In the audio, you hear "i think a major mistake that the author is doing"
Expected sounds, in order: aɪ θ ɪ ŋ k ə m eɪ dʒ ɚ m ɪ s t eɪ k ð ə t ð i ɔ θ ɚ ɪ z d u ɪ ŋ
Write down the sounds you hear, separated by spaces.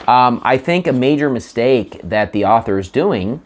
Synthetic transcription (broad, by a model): aɪ θ ɪ ŋ k ə m eɪ dʒ ɚ m ɪ s t eɪ k ð ə t ð i ɔ θ ɚ ɪ z d u ɪ ŋ